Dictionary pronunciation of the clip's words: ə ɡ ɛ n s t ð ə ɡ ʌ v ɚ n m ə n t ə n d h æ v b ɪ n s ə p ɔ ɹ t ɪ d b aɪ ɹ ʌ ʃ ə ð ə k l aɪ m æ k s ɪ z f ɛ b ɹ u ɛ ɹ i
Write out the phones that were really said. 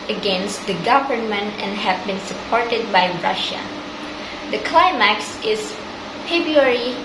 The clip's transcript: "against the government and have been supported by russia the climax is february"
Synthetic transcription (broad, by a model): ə ɡ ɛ n s t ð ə ɡ ʌ v ɚ n m ə n t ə n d h æ v b ɪ n s ə p ɔ ɹ t ɪ d b aɪ ɹ ʌ ʃ ə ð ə k l aɪ m æ k s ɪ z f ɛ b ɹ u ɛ ɹ i